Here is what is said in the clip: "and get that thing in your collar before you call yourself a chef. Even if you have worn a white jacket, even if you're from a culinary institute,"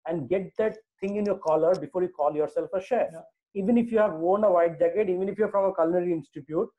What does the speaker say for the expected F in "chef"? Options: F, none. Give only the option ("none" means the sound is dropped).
none